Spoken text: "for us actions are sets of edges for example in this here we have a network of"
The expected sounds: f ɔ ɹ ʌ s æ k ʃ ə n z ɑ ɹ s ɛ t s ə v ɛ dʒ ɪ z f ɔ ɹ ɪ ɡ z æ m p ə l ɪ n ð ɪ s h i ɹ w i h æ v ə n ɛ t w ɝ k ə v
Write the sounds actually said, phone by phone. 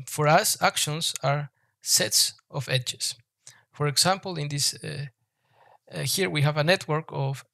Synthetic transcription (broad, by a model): f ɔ ɹ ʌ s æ k ʃ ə n s ɑ ɹ s ɛ t s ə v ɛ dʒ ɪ s f ɔ ɹ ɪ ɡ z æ m p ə l ɪ n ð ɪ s h i ɹ w i h æ v ə n ɛ t w ɝ k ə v